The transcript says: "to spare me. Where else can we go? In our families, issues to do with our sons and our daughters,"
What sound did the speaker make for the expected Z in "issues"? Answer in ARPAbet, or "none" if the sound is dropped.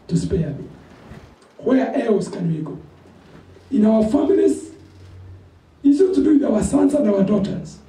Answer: none